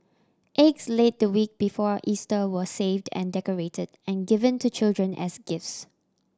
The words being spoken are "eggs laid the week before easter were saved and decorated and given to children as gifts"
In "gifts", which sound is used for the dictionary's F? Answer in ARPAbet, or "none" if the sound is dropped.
F